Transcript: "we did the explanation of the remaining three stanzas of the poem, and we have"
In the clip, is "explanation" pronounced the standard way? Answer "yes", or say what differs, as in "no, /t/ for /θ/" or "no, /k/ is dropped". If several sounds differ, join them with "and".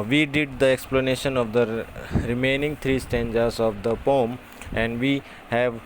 yes